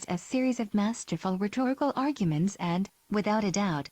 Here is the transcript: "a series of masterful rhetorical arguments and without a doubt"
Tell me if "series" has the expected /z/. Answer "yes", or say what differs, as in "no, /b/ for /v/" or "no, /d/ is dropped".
yes